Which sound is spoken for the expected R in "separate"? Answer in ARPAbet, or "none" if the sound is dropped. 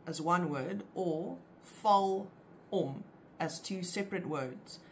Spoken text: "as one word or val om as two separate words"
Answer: R